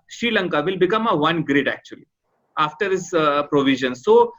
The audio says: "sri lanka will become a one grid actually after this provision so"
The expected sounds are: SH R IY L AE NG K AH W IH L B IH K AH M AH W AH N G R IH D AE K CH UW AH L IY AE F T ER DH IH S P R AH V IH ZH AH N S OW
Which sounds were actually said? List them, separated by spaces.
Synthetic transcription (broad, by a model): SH R IY L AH NG K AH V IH L B IH K AH M AH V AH N G R IH D AE K CH UW AH L IY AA F T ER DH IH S P R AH V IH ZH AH N S OW